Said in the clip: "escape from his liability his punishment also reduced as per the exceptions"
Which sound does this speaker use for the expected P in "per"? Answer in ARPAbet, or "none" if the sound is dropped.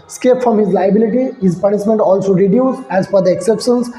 F